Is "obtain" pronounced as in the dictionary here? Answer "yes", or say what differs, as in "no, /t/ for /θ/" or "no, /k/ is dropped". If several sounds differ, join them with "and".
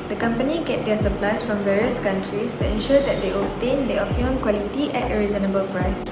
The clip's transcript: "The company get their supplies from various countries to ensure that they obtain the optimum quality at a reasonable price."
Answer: no, /b/ is dropped